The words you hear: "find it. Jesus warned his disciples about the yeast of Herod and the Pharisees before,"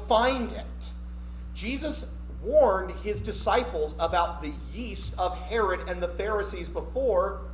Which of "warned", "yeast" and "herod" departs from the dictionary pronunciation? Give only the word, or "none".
none